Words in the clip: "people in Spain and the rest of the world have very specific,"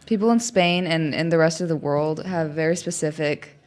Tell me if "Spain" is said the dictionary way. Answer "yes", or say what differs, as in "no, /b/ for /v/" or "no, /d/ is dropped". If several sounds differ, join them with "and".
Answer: yes